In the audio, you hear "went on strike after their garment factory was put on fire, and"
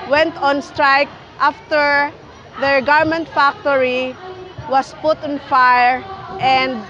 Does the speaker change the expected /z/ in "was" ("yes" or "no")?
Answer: yes